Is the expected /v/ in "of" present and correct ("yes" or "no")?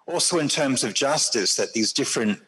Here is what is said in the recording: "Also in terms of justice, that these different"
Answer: yes